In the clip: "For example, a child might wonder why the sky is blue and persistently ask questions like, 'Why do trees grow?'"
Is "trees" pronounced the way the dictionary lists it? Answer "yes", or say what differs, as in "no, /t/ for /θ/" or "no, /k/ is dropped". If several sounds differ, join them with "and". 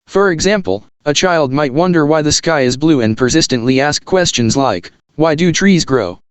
yes